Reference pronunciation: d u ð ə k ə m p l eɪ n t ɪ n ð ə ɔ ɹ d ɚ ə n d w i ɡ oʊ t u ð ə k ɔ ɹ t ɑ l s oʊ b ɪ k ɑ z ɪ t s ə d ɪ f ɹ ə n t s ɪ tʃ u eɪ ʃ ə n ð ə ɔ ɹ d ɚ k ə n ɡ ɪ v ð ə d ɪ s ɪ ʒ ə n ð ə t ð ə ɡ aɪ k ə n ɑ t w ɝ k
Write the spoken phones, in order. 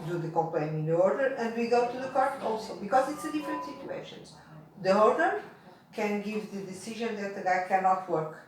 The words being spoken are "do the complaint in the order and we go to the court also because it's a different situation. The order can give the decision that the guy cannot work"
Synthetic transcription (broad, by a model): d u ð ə k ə m p l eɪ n ɪ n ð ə ɔ ɹ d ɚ ə n d w i ɡ oʊ t u ð ə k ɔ ɹ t ɑ l s oʊ b ɪ k ɑ z ɪ t s ə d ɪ f ɹ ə n t s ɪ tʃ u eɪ ʃ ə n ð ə ɔ ɹ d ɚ k ə n ɡ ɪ v ð ə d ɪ s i ʒ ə n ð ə t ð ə ɡ aɪ k ə n ɑ t w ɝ k